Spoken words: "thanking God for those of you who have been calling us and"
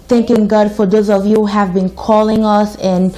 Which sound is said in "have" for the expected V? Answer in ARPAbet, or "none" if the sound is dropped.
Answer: V